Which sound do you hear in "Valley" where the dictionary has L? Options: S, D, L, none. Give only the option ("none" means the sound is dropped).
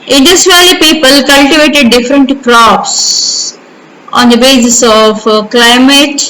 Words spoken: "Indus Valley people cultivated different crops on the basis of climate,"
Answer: none